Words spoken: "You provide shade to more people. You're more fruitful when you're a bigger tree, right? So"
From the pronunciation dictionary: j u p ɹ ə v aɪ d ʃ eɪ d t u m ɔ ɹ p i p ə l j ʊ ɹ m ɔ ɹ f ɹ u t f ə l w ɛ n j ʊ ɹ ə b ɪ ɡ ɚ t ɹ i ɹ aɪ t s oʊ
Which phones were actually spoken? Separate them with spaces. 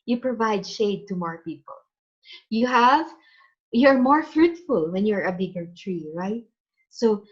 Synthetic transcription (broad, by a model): j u p ɹ ə v aɪ d ʃ eɪ d t u m ɔ ɹ p i p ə l j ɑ ɹ m ɔ ɹ f ɹ u t f ə l w ɛ n j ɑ ɹ ə b ɪ ɡ ɚ t ɹ i ɹ aɪ t s oʊ